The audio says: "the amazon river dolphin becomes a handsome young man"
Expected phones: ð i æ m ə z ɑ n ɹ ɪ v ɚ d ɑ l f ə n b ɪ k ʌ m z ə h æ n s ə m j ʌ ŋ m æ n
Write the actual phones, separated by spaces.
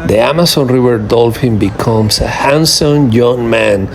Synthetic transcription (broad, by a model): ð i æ m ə s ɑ n ɹ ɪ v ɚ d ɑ l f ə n b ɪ k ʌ m s ə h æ n s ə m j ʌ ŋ m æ n